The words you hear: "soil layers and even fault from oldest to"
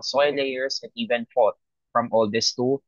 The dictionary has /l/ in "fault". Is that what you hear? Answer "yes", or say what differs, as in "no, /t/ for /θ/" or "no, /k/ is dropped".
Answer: no, /l/ is dropped